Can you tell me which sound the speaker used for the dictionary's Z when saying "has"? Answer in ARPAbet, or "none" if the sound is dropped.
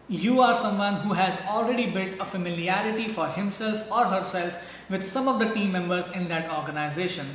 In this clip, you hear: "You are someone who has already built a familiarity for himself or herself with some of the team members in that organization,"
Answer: Z